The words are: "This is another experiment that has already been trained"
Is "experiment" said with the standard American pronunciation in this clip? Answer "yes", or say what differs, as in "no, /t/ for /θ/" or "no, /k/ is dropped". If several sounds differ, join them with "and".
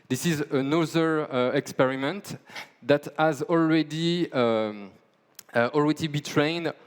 yes